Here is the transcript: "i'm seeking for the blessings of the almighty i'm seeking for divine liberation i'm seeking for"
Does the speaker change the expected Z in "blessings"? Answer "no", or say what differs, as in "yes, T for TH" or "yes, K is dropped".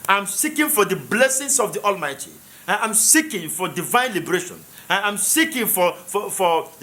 yes, S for Z